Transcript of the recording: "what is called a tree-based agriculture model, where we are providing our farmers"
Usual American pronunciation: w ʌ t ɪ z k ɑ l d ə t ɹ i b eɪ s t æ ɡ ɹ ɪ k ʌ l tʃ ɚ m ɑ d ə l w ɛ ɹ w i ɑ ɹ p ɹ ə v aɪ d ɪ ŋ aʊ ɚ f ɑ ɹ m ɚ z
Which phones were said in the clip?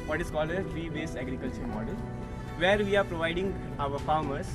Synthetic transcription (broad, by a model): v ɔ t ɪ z k ɑ l d ə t ɹ i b eɪ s æ ɡ ɹ ɪ k ʌ l tʃ ɚ m ɑ d ə l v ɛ ɹ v i ɑ ɹ p ɹ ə v aɪ d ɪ ŋ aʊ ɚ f ɑ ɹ m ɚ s